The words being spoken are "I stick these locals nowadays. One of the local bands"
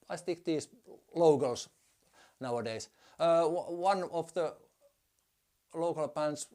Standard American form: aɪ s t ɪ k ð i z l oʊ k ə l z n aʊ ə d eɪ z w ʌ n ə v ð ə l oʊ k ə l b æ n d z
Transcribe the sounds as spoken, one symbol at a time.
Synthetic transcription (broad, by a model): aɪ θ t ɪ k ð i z l oʊ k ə l s n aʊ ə d eɪ s w ʌ n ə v ð ə l oʊ k ə l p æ n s